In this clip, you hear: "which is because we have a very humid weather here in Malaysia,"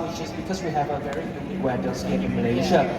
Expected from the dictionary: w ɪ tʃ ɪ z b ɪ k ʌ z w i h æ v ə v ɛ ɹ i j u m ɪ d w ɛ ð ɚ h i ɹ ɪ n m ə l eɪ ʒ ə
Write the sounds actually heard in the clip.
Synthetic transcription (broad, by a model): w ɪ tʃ ɪ z b ɪ k ʌ z w i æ v ə v ɛ ɹ i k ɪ ɪ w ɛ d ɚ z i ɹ ɪ n m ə l eɪ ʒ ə